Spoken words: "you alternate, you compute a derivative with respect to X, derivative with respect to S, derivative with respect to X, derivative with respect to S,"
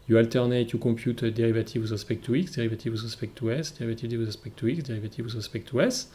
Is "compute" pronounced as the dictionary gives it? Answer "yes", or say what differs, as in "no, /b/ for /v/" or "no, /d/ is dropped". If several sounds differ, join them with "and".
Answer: no, /m/ is dropped